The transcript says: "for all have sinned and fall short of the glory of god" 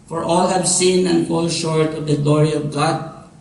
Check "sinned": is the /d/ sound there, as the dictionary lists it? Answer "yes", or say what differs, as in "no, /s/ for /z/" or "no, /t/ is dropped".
no, /d/ is dropped